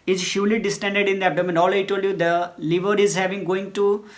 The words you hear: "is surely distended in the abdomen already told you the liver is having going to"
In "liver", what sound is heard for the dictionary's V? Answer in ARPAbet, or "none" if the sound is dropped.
V